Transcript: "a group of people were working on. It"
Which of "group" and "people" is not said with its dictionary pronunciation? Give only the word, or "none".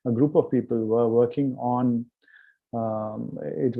none